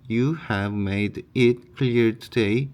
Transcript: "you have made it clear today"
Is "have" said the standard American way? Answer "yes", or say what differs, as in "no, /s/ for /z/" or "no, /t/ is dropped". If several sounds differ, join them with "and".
yes